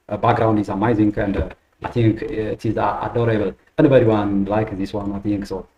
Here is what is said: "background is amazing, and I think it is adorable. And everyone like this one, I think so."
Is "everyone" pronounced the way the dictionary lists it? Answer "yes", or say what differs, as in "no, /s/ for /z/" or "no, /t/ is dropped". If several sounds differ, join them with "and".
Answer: no, /v/ is dropped